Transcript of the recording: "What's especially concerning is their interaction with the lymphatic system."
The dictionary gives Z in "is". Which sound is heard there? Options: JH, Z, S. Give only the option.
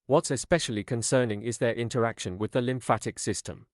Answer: Z